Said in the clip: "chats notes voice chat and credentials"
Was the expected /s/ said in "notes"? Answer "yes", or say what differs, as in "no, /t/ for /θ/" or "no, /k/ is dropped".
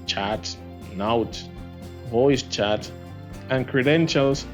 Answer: no, /s/ is dropped